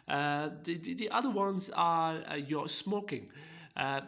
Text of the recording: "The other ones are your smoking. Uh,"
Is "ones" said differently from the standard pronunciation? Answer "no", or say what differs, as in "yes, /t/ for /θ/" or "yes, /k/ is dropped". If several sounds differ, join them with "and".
no